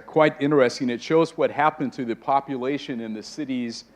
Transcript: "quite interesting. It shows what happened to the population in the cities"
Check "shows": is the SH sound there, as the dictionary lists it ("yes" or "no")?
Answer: yes